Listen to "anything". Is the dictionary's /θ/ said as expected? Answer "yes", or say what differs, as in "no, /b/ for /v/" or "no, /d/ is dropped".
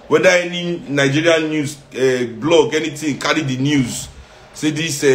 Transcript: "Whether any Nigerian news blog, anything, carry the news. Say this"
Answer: no, /t/ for /θ/